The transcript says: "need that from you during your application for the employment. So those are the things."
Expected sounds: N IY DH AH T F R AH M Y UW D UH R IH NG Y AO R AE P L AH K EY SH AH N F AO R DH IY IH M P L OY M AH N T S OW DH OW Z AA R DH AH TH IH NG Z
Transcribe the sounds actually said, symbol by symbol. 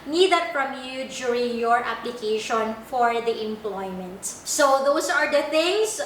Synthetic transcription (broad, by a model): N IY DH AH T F R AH M Y UW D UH R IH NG Y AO R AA P L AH K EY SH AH N F AO R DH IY IH M P L OY M AH N T S OW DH OW S AA R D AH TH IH NG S